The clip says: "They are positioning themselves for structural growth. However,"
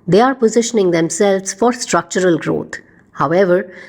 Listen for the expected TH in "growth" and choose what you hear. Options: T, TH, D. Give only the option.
T